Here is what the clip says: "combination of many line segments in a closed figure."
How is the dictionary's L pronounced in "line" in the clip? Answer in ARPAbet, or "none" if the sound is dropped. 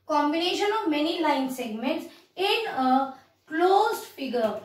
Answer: L